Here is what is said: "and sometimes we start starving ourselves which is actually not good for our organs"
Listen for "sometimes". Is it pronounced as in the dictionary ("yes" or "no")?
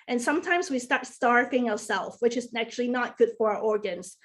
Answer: yes